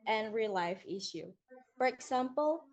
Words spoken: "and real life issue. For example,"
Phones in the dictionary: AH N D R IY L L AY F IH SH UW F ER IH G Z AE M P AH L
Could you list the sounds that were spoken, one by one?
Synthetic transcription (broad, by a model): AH N R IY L L AY F IH SH UW F ER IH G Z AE M P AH L